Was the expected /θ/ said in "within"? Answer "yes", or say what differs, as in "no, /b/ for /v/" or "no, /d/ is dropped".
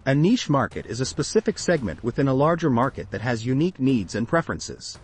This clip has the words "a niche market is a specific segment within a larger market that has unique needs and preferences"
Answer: yes